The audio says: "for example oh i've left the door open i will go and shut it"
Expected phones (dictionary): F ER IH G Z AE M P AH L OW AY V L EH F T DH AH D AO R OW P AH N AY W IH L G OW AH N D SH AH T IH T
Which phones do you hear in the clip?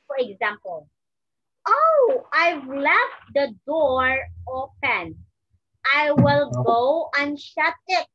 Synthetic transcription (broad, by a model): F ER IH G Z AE M P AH L OW AY V L EH F T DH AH D AO R OW P AH N AY W IH L G OW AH N SH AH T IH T